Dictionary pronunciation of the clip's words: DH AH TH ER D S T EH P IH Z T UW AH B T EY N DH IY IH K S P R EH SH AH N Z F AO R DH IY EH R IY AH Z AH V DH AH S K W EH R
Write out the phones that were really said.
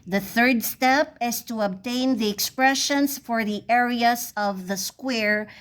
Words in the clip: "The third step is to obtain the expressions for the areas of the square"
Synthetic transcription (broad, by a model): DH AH TH ER D S T EH P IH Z T UW AH B T EY N DH IY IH K S P R EH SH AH N S F AO R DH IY EH R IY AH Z AH V DH AH S K W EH R